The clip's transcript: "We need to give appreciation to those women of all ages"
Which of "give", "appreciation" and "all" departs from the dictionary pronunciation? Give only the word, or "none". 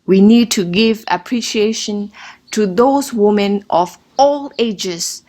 none